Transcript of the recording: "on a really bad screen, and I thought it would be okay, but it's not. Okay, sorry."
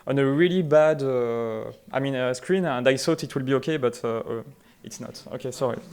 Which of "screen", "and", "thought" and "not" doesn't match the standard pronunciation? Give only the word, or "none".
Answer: thought